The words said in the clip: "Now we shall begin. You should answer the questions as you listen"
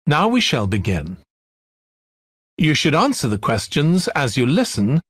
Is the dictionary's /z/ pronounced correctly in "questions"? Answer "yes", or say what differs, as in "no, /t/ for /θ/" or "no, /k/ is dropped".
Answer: yes